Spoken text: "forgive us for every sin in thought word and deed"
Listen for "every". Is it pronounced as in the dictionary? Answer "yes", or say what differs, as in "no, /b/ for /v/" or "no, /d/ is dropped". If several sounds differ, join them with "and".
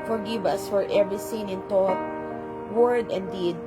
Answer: yes